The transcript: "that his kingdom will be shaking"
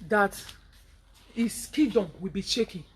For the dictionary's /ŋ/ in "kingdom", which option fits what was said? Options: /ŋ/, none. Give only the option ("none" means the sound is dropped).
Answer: none